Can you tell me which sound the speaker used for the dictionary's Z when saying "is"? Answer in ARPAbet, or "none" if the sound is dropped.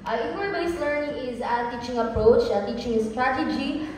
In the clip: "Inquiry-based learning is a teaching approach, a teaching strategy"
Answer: Z